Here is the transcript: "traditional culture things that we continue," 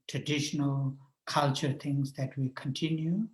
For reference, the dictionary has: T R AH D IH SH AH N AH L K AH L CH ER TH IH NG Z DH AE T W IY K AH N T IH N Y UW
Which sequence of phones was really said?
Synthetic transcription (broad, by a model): T R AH D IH SH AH N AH L K AH L CH ER T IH NG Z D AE T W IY K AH N T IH N Y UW